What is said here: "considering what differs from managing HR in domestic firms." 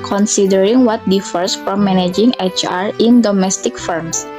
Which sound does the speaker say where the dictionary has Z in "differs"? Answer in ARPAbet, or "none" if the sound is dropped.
S